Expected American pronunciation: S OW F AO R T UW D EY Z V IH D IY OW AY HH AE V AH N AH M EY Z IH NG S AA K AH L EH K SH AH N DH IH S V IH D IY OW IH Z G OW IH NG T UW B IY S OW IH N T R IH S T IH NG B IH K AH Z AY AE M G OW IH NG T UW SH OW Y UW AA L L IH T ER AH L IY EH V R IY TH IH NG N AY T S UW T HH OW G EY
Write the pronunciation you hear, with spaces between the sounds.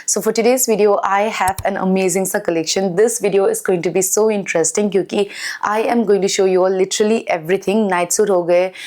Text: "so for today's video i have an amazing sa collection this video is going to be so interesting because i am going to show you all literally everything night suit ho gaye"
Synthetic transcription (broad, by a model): S OW F AO R T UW D EY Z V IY D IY OW AY HH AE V AH N AH M EY Z IH NG S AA K AH L EH K SH AH N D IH S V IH D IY OW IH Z G OW IH NG T UW B IY S OW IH N T R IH S T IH NG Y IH K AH AY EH M G OW IH NG T UW SH OW Y UW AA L L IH T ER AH L IY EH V R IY T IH NG N AY T S UW T HH OW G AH